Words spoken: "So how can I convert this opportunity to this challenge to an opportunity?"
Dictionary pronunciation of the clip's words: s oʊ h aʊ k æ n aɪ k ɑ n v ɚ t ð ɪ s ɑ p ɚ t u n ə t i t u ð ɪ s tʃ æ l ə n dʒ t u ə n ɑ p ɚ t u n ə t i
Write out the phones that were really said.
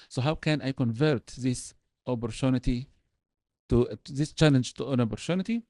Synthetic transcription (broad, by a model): s oʊ h aʊ k æ n aɪ k ɑ n v ɚ t ð ɪ s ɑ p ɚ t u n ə t i t u ð ɪ s tʃ æ l ə n dʒ t u ə n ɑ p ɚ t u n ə t i